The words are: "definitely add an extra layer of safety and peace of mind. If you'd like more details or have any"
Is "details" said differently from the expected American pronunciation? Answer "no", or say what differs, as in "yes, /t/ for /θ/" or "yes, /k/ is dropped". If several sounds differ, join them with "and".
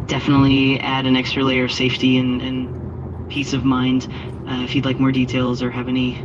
no